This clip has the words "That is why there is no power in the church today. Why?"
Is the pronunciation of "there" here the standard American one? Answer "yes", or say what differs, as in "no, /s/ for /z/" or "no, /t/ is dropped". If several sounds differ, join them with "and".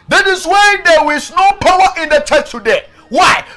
no, /w/ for /ɹ/